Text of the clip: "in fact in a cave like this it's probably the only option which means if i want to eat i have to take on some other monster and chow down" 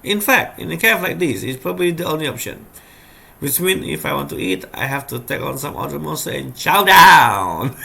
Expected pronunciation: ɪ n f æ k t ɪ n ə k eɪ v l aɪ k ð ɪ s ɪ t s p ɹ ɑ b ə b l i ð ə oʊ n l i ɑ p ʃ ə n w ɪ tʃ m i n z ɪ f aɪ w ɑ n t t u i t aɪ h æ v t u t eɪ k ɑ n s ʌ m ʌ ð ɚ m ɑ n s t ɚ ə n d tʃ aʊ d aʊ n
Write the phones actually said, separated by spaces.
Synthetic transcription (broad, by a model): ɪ n f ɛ k t ɪ n ə k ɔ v l aɪ k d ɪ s ɪ t s p ɹ ɑ b ə b l i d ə oʊ n l i ɑ p ʃ ə n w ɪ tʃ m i n ɪ f aɪ w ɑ n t t u i t aɪ h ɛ f t u t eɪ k ɑ n s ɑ m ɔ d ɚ m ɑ s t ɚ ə n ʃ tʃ aʊ d aʊ n